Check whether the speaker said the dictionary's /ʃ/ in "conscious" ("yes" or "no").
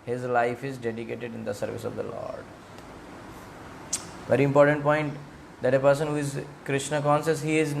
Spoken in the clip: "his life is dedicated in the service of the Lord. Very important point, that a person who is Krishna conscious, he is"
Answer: no